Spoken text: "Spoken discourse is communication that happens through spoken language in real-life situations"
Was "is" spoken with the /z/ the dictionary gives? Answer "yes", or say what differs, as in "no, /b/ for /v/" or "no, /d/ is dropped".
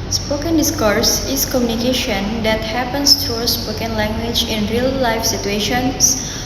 no, /s/ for /z/